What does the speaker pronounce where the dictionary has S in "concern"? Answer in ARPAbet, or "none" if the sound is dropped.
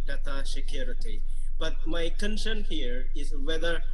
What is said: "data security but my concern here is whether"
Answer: SH